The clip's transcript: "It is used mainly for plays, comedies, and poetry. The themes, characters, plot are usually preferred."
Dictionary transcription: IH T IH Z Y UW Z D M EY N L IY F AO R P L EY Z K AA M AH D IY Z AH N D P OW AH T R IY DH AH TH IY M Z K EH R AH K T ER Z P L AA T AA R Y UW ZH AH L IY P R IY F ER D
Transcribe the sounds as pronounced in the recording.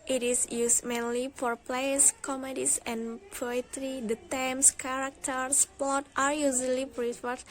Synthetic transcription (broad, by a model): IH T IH S Y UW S M EY N L IY F AO R P L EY S K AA M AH D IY S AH N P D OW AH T R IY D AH T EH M S K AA R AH K T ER S P AA T AA R Y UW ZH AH L IY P R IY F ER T